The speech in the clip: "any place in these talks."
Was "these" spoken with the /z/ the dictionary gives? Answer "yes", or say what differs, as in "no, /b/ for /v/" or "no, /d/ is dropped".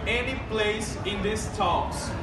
no, /s/ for /z/